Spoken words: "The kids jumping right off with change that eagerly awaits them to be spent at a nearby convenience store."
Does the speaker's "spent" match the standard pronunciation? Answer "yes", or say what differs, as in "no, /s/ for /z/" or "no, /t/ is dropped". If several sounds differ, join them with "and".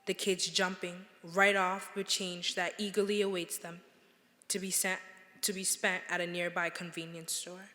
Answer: yes